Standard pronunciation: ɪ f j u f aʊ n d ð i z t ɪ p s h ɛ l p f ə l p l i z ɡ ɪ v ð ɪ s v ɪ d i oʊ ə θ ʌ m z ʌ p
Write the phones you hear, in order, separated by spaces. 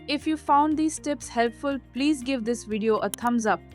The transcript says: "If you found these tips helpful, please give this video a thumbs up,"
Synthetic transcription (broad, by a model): ɪ f j u f aʊ n d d i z t ɪ p s h ɛ l p f ə l p l i z ɡ ɪ v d ɪ s v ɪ d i oʊ ə t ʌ m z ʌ p